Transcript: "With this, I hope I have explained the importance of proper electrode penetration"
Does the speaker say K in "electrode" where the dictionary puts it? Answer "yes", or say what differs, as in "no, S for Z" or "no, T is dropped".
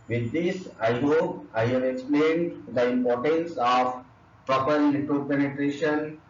no, K is dropped